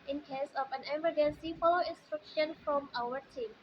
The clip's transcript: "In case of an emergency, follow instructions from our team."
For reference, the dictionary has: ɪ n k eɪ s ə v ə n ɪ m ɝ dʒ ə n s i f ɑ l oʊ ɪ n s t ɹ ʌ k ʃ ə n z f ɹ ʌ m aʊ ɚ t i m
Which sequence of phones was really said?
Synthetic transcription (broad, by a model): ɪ n k eɪ s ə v ə n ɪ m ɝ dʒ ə n s i f ɑ l oʊ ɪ n s t ɹ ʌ k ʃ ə n f ɹ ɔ m aʊ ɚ t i m